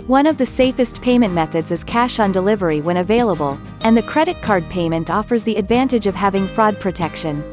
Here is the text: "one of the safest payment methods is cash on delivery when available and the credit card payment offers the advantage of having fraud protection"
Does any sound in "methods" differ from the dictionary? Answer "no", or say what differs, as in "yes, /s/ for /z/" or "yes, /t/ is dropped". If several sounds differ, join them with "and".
no